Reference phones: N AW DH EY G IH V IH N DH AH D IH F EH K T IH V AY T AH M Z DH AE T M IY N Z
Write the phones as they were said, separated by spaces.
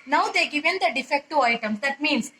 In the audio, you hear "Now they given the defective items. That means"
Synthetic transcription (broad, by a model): N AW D EY G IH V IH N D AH D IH F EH K T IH AY T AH M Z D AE T M IY N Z